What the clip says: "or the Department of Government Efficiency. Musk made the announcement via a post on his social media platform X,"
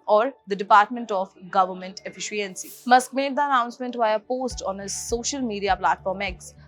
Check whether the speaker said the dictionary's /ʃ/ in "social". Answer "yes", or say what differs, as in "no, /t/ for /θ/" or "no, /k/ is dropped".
yes